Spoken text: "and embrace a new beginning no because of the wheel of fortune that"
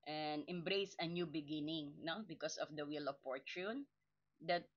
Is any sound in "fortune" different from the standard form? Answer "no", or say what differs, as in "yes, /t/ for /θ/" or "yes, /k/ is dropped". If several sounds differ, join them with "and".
yes, /p/ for /f/